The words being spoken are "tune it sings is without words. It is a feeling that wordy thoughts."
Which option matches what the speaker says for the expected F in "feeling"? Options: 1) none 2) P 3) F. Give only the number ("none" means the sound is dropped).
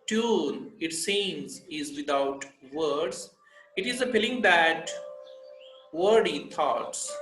2